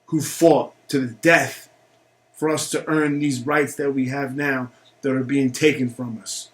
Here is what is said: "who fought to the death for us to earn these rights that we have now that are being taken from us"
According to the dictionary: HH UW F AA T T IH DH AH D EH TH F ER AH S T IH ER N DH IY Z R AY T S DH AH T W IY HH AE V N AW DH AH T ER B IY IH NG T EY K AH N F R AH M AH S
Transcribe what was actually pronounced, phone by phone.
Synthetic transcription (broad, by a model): HH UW F AA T T IH DH AH D EH TH F ER AH S T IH ER N DH IY Z R AY T S DH AH T W IY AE V N AW DH AH T ER B IY IH NG T EY K AH N F R AH M AH S